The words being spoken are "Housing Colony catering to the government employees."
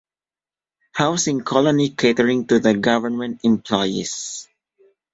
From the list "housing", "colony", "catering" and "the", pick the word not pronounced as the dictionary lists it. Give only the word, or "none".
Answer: housing